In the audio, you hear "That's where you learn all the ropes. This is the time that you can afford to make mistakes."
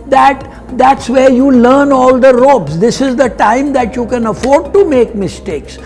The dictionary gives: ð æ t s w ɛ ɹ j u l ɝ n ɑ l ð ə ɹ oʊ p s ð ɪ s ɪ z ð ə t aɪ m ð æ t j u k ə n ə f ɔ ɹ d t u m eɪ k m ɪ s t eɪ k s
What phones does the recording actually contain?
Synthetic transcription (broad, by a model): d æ t s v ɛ ɹ j u l ɝ n ɑ l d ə ɹ oʊ b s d ɪ s ɪ z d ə t aɪ m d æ t j u k ə n ə f ɔ ɹ d t u m eɪ k m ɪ s t eɪ k s